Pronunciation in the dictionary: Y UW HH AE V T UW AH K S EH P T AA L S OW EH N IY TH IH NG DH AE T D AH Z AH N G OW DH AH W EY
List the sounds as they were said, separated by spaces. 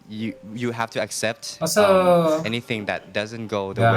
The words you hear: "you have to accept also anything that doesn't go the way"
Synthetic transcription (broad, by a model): Y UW HH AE F T UW AH K S EH P T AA S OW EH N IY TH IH NG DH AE T D AH Z AH N G OW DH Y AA